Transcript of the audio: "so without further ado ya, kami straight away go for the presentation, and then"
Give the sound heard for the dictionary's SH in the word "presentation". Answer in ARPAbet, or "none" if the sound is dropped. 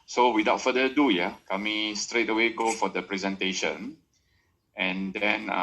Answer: SH